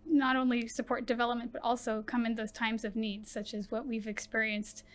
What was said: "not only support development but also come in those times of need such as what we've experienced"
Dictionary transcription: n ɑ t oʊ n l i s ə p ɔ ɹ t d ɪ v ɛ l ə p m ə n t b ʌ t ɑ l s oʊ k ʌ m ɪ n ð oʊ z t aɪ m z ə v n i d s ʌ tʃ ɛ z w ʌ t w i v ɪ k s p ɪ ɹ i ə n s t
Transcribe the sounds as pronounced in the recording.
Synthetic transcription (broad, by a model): n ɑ t oʊ n l i s ə p ɔ ɹ t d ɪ v ɛ l ə p m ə n b ʌ t ɑ l s oʊ k ʌ m ɪ n ð oʊ z t aɪ m z ə v n i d s ʌ tʃ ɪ z w ʌ t w i v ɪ k s p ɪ ɹ i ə n s t